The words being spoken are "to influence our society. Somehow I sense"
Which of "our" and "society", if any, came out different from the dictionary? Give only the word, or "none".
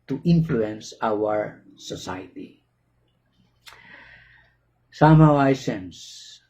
society